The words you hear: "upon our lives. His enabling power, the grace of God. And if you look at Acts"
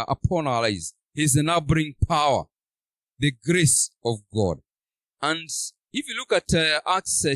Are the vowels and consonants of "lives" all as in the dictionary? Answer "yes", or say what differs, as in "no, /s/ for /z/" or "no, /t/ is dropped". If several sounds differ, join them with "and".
no, /v/ is dropped